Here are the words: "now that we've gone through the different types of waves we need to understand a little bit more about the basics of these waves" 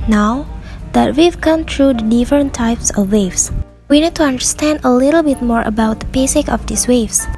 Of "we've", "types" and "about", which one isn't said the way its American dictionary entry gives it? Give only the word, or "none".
none